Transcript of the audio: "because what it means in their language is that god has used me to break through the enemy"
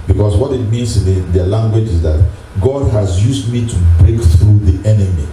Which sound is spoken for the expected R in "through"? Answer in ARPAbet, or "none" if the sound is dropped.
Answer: R